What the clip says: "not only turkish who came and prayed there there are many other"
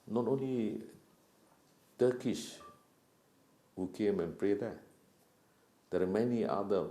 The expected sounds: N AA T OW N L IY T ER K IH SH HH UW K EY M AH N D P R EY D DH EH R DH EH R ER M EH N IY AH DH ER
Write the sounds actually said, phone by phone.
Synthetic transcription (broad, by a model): N AA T OW N L IY T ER K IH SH HH UW K EY M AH N P R EY D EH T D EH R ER M EH N IY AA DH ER